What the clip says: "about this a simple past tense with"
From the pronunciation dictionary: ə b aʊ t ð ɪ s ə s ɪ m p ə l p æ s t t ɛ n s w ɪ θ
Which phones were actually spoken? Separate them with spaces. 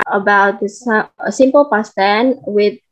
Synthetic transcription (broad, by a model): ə b aʊ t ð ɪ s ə s ɪ m p ə l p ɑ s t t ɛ n w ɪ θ